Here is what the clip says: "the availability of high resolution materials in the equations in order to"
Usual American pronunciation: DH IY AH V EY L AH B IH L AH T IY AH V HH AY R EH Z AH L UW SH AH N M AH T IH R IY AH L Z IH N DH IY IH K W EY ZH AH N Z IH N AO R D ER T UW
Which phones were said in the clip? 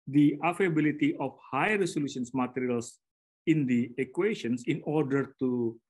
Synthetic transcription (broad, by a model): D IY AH F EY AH B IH L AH T IY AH F HH AY R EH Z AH L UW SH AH N M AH T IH R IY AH L S IH N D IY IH K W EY SH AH N S IH N AO R D ER T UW